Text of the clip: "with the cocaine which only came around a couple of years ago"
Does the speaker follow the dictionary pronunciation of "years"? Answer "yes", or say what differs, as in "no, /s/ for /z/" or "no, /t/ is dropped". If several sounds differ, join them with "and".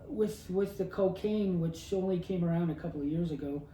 yes